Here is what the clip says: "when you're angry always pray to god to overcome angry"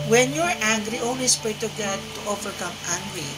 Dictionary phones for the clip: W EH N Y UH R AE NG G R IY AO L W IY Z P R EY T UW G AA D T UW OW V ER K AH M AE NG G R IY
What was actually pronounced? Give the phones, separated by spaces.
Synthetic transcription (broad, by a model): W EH N Y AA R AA NG G R IY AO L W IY S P EY T UW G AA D T UW OW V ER K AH M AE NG G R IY